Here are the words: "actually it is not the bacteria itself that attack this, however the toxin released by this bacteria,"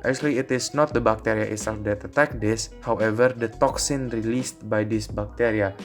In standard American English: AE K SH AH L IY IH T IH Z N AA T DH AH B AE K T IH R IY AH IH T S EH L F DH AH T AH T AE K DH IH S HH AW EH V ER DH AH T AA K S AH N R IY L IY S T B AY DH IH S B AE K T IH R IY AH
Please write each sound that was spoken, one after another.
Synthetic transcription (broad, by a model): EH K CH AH L IY IH T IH S N AA T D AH B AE K T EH R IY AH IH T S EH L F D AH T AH T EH K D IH S HH AW EH V ER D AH T AA K S AH N R IY L IY S T B AY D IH S B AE K T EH R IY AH